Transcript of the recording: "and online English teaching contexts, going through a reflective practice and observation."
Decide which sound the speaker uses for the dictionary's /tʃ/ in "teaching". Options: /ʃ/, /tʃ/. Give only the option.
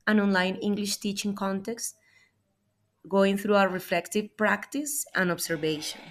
/tʃ/